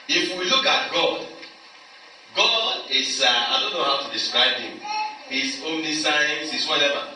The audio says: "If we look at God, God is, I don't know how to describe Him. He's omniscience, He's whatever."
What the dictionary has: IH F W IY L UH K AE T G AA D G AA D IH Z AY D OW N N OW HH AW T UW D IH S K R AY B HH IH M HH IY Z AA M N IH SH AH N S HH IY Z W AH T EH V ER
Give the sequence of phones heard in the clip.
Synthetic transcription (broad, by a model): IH F W IY L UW K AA T G AA D G AA D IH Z AY D OW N N OW HH AW T UW D IH S K R AY B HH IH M HH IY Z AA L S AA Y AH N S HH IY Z W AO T EH V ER